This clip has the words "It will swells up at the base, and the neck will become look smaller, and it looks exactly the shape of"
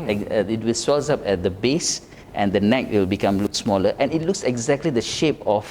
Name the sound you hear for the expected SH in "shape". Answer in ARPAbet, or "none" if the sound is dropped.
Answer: SH